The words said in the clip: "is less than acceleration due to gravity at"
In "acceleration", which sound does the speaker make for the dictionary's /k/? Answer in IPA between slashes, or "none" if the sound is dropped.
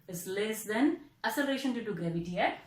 none